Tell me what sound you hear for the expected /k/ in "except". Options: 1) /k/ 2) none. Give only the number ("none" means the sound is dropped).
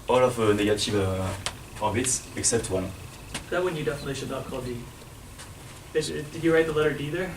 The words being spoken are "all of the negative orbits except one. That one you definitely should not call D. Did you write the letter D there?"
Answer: 1